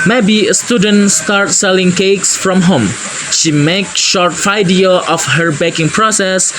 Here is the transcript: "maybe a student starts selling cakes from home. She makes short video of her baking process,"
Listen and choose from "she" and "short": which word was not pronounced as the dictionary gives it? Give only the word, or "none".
none